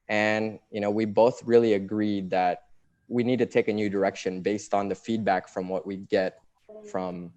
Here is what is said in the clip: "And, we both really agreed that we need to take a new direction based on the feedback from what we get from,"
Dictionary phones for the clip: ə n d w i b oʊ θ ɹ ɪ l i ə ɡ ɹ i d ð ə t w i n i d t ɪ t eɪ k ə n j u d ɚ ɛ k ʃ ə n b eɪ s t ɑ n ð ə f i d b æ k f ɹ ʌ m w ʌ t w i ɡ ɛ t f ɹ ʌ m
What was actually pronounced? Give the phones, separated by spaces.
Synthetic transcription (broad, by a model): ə n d w i b oʊ θ ɹ ɪ l i ə ɡ ɹ i d ð ə t w i n i d t ɪ t eɪ k ə n j u d ɚ ɛ k ʃ ə n b eɪ s t n ð ə f i d b æ k f ɹ ʌ m w ʌ t w i ɡ ɛ t f ɹ ʌ m